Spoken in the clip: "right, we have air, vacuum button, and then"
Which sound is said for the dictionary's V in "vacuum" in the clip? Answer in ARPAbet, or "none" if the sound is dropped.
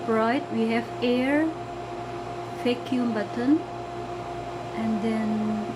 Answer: F